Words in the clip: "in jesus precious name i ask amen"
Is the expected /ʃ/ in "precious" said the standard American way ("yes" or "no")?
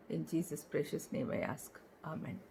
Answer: yes